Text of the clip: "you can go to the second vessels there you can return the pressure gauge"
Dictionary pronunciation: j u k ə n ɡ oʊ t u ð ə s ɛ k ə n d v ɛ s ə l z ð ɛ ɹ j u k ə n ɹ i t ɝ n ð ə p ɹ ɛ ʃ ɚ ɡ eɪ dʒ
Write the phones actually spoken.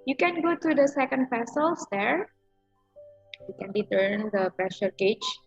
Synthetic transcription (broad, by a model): j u k ə n ɡ oʊ t u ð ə s ɛ k ə n d p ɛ s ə l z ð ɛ ɹ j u k ə n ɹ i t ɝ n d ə p ɹ ɛ ʃ ɚ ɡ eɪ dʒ